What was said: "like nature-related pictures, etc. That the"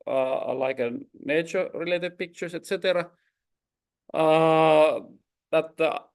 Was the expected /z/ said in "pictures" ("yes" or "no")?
no